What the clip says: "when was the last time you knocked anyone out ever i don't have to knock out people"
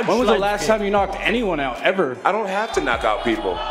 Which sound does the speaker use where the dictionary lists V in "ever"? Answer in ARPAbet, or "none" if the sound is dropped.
V